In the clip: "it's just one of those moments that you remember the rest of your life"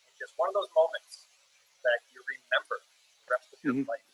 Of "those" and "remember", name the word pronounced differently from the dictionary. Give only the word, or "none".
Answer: none